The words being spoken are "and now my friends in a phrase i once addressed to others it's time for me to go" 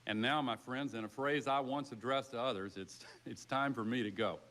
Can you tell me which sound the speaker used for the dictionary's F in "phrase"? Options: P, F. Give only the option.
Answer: F